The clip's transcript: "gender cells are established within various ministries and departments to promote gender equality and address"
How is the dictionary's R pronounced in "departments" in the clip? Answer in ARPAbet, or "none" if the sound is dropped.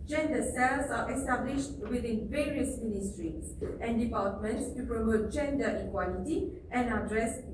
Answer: L